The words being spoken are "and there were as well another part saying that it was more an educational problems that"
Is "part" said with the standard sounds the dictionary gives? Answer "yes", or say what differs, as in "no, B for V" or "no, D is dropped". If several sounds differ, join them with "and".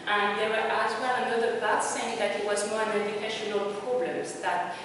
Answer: no, B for P